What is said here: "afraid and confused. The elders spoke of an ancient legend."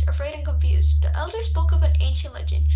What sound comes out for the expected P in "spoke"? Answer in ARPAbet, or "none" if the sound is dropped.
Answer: B